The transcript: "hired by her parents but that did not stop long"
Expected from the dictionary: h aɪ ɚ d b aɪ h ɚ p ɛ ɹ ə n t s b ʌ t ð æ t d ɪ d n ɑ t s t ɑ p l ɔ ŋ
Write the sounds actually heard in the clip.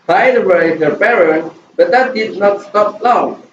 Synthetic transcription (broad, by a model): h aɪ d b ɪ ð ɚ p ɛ ɹ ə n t b ʌ t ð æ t d ɪ d n ɑ t s t ɑ p l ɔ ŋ